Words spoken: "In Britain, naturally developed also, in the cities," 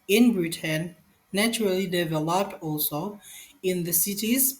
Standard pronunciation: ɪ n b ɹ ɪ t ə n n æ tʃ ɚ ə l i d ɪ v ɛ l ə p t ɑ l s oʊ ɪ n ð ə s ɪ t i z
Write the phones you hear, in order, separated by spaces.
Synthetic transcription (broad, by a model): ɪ n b ɹ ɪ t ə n n æ tʃ ɚ ə l i d ɪ v ɛ l ə p t ɑ l s oʊ ɪ n ð ə s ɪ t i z